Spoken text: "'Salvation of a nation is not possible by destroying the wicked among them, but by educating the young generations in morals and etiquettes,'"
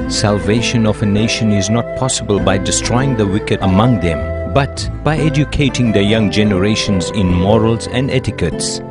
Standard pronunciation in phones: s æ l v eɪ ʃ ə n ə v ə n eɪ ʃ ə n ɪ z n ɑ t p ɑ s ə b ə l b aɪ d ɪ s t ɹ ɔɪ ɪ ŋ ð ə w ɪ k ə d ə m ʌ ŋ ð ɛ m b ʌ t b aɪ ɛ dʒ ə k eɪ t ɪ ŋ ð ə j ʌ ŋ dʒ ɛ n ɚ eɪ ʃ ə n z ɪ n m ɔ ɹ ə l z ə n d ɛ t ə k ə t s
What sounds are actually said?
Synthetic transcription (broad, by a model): s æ l v eɪ ʃ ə n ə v ə n eɪ ʃ ə n ɪ z n ɑ t p ɑ s ə b ə l b aɪ d ɪ s t ɹ ɔɪ ɪ ŋ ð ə w ɪ k ə d ə m ʌ ŋ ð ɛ m b ʌ t b aɪ ɛ dʒ ə k eɪ t ɪ ŋ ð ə j ʌ ŋ dʒ ɛ n ɚ eɪ ʃ ə n z ɪ n m ɔ ɹ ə l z ə n d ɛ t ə k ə t s